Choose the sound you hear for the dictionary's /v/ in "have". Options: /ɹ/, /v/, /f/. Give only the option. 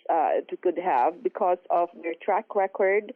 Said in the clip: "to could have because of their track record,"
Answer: /v/